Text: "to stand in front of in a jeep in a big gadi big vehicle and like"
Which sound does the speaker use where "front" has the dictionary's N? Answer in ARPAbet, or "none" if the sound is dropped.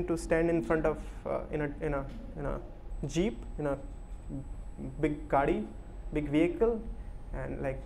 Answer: N